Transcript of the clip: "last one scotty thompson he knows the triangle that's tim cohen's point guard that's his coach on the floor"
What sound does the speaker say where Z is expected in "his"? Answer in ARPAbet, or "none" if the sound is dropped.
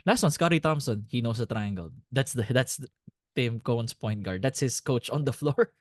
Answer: S